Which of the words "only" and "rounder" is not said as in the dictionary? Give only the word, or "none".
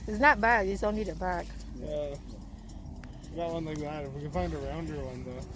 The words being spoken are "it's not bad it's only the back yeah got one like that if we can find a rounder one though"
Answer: only